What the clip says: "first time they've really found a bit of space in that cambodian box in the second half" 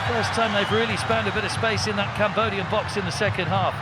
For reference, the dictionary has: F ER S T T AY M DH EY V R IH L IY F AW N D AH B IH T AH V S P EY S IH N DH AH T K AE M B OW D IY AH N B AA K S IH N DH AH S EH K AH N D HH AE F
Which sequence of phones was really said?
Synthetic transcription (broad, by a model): F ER S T T AY M DH EY V R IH L IY P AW N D AH B IH T AH V S P EY S IH N DH AH T K AE M B OW D IY AH N B AA K S IH N DH AH S EH K AH N D HH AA F